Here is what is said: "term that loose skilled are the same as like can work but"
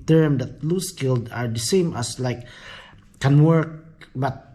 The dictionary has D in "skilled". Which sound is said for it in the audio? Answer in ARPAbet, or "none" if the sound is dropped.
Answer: D